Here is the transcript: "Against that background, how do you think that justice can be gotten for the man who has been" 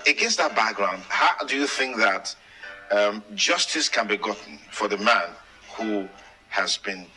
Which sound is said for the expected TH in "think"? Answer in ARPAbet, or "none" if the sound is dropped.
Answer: TH